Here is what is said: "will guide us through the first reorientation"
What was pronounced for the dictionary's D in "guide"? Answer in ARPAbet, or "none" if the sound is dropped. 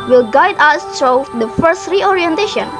D